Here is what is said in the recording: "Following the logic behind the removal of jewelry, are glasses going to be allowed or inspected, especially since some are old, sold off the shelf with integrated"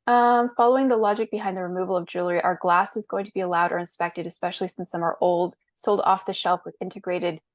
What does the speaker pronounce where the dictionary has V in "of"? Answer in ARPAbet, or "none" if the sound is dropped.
V